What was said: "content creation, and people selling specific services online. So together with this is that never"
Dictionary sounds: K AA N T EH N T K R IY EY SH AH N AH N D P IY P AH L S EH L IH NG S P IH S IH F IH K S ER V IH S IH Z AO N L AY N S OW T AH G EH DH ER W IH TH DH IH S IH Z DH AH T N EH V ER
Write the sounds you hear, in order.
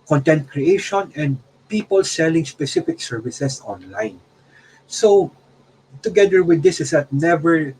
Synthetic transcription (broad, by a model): K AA N T EH N T K R IY EY SH AH N AH N D P IY P AH L S EH L IH NG S P IH S IH F IH K S ER V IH S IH S AO N L AY N S OW T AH G EH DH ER W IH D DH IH S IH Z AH T N EH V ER